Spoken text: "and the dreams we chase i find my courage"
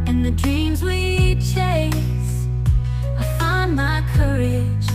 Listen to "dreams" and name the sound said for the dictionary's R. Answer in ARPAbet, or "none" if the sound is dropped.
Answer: R